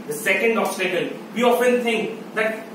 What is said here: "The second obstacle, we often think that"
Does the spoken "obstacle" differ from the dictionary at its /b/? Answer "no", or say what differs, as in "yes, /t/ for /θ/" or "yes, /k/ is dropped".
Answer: yes, /b/ is dropped